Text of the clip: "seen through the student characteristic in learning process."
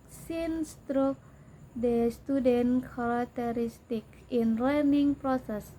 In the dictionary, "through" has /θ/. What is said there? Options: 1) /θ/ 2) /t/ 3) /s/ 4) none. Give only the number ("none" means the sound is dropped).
2